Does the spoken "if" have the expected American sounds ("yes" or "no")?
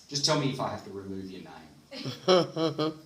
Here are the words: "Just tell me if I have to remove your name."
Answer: yes